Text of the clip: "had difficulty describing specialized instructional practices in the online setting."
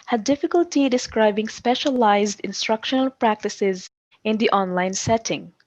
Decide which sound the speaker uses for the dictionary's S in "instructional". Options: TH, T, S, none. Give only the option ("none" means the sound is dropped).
S